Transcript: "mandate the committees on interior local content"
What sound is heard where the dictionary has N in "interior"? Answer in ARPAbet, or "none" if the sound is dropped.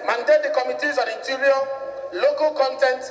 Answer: none